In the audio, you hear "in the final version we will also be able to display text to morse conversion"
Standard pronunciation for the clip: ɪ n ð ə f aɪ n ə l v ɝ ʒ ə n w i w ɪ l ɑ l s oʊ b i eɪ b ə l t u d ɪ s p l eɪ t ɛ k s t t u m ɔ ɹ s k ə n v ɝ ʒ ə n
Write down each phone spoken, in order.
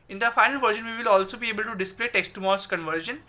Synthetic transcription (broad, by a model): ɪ n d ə f aɪ n ə l v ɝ ʃ ə n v i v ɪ l ɑ l s oʊ b i eɪ b ə l t u d ɪ s p l eɪ t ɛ k s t t u m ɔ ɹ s k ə n v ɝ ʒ ə n